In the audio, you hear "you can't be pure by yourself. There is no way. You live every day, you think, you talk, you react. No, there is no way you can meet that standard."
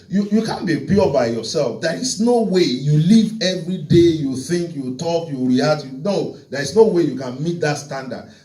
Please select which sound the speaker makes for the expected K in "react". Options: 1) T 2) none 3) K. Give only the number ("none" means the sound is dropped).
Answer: 2